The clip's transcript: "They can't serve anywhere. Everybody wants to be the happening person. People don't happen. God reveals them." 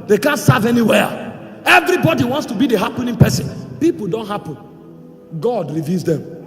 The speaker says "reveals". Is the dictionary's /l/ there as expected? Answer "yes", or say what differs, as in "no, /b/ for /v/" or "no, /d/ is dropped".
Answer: no, /l/ is dropped